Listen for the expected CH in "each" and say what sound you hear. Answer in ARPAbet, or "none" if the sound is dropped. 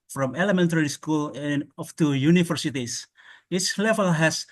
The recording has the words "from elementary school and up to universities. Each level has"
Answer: S